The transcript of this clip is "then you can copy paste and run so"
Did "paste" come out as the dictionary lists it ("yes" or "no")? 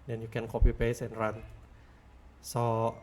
no